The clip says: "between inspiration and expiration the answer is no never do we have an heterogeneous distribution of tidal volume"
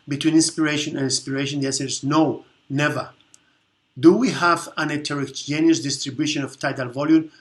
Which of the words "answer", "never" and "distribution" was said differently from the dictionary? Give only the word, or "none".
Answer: answer